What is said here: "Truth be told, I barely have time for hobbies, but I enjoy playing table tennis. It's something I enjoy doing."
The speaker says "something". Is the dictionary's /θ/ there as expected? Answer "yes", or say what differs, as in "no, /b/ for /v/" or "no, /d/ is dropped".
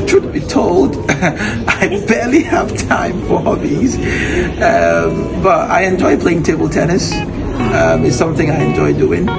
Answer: yes